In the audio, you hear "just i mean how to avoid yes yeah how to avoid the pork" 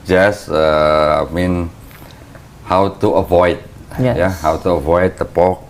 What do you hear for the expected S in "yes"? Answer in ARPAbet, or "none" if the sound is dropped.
none